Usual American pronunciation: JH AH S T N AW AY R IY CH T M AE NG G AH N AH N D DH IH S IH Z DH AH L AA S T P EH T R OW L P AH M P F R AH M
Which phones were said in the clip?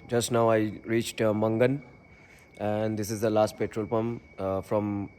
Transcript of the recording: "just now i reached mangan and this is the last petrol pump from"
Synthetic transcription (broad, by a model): JH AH S T N AW AY R IY CH T M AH NG G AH N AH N D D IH S IH Z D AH L AA S T P EH T R OW L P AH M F R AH M